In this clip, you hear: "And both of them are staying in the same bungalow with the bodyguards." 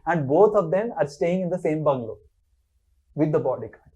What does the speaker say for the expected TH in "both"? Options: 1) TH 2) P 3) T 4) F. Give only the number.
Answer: 3